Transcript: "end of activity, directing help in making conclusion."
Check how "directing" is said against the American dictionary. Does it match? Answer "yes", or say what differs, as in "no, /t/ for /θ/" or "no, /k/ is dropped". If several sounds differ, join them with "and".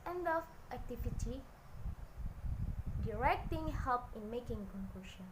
yes